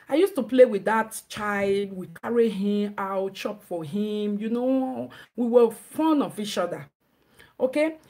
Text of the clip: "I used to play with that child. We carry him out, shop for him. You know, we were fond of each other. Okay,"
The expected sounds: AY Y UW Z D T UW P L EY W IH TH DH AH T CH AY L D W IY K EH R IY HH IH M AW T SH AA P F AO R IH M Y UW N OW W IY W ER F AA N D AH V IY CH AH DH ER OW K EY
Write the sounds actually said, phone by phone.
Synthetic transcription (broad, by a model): AY Y UW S T UW P L EY W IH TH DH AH T CH AY L D W IY K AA R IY HH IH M AW T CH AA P F AO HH IH M Y UW N OW W IY W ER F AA N AH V IY CH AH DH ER OW K EY